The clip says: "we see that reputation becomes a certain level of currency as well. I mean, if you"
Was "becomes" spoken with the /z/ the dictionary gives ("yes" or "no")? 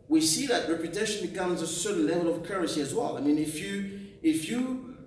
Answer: yes